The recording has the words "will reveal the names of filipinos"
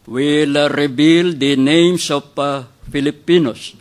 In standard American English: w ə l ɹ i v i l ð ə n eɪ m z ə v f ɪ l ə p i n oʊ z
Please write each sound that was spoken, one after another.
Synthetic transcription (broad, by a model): w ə l ɹ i b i l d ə n eɪ m s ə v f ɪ l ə p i n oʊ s